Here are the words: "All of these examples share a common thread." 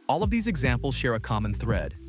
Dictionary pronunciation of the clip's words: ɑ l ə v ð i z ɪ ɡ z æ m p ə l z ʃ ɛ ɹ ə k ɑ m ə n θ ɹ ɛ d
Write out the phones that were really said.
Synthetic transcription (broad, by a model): ɑ l ə v ð i z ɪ ɡ z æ m p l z ʃ ɛ ɹ ə k ɑ m ə n θ ɹ ɛ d